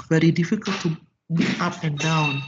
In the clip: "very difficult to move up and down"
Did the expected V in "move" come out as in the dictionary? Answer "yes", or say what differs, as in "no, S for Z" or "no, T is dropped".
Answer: no, V is dropped